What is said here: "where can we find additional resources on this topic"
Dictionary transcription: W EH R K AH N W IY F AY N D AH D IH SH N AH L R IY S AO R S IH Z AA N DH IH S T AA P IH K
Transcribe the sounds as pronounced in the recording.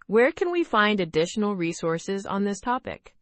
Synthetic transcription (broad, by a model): W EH R K AH N W IY F AY N D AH D IH SH N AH L R IY S AO R S IH Z N DH IH S T AA P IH K